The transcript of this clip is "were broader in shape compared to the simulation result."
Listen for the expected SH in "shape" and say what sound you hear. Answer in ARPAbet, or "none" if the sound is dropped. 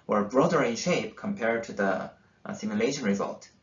SH